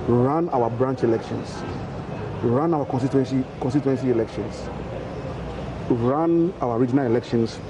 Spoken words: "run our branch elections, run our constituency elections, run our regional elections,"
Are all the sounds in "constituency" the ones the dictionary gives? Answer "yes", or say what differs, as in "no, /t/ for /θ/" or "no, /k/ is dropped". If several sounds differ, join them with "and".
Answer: no, /s/ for /tʃ/